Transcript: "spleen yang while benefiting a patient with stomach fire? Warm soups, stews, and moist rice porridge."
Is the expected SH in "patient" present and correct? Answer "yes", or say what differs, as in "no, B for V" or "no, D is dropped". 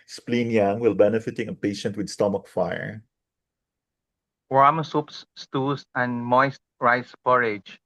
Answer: yes